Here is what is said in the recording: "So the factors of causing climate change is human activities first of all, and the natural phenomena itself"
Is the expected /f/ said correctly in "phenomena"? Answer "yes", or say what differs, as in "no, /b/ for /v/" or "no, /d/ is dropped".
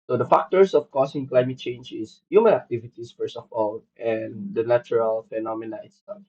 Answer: yes